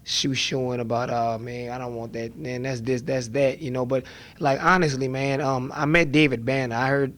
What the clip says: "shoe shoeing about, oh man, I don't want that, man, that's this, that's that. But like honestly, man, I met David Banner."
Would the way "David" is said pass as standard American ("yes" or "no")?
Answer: yes